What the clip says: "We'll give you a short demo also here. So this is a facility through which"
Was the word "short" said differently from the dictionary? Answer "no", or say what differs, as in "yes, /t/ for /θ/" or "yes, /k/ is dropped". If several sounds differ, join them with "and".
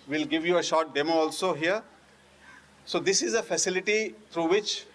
no